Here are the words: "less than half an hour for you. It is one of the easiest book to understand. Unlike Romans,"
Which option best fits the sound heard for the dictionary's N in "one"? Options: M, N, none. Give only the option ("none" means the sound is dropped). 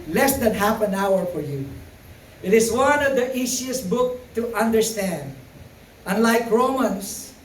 N